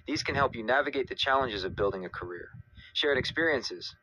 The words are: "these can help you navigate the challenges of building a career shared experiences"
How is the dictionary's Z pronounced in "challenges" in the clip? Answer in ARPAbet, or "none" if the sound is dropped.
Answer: Z